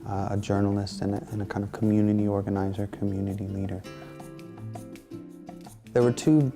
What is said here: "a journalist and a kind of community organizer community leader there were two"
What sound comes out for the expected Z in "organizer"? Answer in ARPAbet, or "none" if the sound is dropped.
Z